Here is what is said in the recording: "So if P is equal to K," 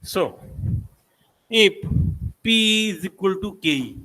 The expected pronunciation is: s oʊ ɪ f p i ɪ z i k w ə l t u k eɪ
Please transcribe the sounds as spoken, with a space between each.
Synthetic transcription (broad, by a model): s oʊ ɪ p p i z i k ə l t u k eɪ